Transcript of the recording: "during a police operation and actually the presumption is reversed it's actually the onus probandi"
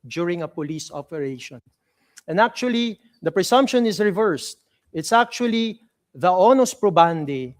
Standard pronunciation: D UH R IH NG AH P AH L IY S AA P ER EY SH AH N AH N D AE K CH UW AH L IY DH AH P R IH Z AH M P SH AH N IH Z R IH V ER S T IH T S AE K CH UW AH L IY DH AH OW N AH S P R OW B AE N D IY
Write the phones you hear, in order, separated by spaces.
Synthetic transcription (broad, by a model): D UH R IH NG AH P AH L IY S AA P ER EY SH AH N AH N D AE K CH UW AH L IY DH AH P R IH S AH M P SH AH N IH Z R IH V ER S T IH T S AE K CH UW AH L IY DH AH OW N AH S P R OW B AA N D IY